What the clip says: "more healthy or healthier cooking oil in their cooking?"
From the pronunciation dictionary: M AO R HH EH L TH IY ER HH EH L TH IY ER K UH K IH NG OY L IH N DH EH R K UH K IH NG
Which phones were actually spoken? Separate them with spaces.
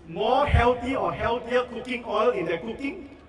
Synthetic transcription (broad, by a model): M AO HH EH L T IY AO HH EH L T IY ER K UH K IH NG OY L IH N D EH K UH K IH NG